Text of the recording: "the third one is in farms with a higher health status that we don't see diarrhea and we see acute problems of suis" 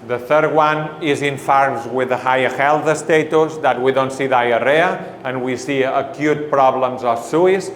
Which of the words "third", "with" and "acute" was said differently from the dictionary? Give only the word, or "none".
none